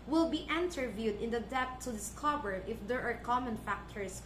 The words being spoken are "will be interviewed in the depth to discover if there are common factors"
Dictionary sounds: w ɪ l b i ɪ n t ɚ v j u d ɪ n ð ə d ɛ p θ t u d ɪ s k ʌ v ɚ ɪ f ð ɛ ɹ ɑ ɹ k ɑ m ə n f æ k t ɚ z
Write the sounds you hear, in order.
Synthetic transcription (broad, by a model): w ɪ l b i ɪ n t ɚ v j u d ɪ n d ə d ɛ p t u d ɪ s k ʌ v ɚ ɪ f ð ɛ ɹ ɑ ɹ k ɑ m ə n f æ k t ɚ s